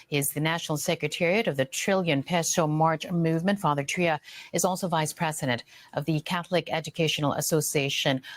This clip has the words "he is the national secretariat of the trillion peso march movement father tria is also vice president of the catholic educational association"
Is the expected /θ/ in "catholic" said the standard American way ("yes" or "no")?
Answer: yes